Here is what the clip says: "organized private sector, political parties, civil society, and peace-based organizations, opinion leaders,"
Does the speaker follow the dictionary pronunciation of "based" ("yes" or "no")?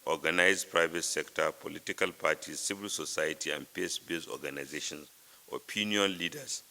no